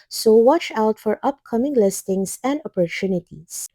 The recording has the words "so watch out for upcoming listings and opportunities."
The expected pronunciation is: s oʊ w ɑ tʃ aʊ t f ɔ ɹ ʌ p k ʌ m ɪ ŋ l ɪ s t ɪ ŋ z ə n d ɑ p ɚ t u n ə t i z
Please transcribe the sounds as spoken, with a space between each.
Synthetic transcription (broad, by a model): s oʊ w ɑ tʃ aʊ t f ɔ ɹ ʌ p k ʌ m ɪ ŋ l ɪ s t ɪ ŋ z ə n d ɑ p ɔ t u n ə t i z